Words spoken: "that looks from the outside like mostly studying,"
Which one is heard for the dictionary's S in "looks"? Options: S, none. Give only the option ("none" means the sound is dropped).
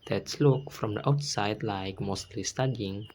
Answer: none